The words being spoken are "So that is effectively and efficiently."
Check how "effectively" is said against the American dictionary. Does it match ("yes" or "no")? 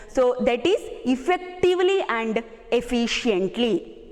yes